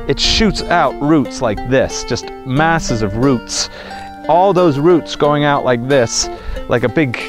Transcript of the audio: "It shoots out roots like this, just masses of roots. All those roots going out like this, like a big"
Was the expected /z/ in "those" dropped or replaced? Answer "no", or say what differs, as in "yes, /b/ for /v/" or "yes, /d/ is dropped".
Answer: no